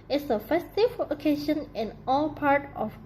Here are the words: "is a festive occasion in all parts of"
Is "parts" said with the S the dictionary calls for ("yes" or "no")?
no